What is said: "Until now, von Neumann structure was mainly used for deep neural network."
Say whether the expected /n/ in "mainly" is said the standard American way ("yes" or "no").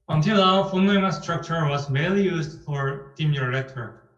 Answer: no